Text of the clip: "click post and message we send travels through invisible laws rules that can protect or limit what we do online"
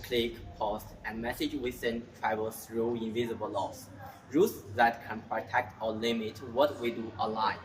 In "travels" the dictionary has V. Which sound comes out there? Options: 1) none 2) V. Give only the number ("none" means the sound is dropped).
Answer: 1